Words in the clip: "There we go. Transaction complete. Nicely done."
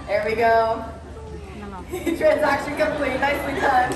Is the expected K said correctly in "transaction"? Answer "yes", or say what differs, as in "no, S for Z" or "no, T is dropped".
yes